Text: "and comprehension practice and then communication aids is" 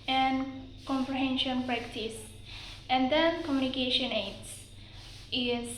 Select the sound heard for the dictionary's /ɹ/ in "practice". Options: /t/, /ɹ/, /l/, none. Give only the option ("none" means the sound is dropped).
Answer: /ɹ/